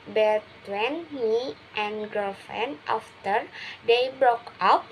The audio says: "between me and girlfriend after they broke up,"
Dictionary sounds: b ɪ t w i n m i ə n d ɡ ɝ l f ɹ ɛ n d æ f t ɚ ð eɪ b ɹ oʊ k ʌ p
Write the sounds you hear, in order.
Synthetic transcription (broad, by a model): b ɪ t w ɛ n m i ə n ɡ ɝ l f ɛ n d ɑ f t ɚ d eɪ b ɹ oʊ k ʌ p